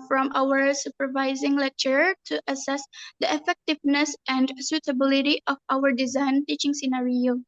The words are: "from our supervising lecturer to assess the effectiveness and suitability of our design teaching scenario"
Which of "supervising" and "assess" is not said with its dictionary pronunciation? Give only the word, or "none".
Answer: none